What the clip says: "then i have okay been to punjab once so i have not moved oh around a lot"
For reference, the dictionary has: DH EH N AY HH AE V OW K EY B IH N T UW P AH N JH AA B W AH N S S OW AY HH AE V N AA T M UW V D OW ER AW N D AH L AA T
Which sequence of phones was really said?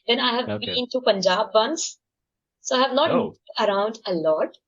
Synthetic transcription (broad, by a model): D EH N AY HH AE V B IH N T UW P AH N JH AA B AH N S S OW AY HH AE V N AA T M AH D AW N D AH L AA T